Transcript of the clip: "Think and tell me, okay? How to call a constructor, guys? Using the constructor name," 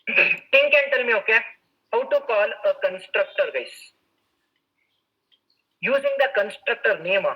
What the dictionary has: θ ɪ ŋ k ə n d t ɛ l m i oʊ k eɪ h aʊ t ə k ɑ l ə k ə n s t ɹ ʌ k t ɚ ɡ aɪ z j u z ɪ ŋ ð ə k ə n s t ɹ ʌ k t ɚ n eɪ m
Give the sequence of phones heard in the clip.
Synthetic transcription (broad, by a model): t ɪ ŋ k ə n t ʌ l m i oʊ k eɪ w t ə k ɑ l ə k ə n s t ɹ ʌ k t ɚ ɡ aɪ s j u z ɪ ŋ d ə k ə n s t ɹ ʌ k t ɚ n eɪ m